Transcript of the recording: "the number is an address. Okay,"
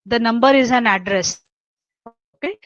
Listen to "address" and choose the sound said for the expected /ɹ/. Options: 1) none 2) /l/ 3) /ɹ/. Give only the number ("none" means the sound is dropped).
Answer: 3